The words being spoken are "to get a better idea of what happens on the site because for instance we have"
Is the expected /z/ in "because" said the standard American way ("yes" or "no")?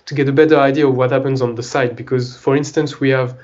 yes